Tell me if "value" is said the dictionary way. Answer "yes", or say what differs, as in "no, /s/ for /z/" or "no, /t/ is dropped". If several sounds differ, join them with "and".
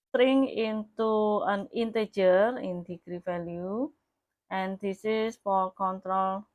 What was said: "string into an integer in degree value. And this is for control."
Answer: no, /f/ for /v/